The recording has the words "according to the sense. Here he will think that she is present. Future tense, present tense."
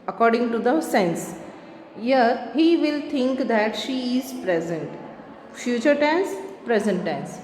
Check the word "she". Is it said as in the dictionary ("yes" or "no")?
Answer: yes